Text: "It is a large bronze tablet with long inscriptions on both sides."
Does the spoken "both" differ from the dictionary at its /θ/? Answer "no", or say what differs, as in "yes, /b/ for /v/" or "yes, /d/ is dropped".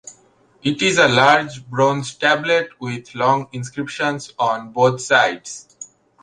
yes, /t/ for /θ/